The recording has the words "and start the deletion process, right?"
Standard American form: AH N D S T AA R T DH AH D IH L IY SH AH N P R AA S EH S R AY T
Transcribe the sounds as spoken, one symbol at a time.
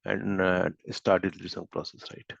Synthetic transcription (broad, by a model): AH N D S T AA R T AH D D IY S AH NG P R AA S EH S R AY T